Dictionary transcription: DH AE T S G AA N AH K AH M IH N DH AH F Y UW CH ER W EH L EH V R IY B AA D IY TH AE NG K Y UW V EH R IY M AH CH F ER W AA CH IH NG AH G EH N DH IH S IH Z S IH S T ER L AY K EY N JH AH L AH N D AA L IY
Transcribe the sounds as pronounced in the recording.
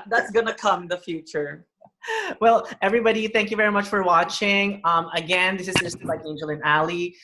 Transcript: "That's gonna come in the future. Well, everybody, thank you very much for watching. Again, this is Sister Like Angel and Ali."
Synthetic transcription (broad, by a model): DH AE T S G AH N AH K AH M DH AH F Y UW CH ER W EH L EH V R IY B AA D IY TH AE NG K Y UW V EH R IY M AH CH F ER W AA CH IH NG AH G EH N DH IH S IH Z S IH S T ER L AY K EY N JH AH L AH N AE L IY